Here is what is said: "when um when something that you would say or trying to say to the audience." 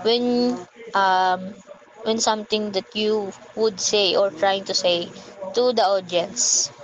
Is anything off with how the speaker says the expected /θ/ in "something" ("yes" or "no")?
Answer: yes